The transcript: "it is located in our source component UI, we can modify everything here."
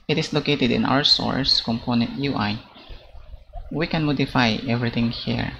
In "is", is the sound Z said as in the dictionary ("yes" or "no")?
no